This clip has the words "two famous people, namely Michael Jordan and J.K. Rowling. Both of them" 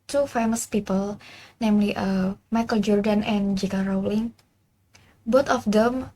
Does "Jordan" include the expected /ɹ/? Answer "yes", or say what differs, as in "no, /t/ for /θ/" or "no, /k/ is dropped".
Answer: yes